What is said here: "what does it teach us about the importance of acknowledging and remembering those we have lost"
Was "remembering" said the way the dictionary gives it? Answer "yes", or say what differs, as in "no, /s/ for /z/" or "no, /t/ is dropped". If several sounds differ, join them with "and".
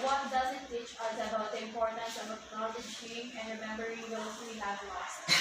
yes